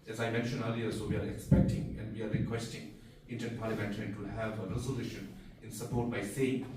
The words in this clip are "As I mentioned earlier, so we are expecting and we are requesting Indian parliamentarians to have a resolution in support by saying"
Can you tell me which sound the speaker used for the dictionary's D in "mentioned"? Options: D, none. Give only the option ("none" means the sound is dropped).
none